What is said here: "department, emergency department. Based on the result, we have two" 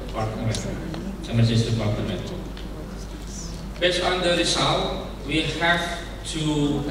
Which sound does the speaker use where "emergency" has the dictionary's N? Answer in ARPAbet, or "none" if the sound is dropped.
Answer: none